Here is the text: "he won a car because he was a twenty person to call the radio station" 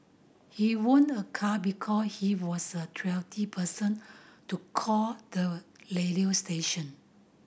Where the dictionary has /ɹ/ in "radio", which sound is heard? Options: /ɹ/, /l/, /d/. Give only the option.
/l/